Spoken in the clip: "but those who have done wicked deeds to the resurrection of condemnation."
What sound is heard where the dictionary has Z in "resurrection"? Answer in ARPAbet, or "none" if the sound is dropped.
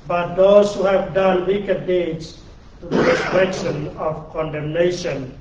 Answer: S